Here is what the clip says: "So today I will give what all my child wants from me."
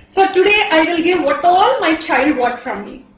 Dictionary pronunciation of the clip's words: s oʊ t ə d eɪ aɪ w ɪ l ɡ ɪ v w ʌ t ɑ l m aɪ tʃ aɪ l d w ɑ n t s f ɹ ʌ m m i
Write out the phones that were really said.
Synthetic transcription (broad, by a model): s oʊ t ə d eɪ aɪ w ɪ l ɡ ɪ v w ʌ t ɑ l m aɪ tʃ aɪ l d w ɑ t f ɹ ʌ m m i